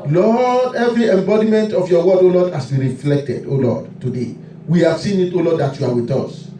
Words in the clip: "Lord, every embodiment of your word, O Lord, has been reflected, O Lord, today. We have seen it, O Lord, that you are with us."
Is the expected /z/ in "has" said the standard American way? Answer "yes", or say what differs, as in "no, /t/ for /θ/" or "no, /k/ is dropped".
no, /s/ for /z/